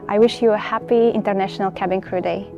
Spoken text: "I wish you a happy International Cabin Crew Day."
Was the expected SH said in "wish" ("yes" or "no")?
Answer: yes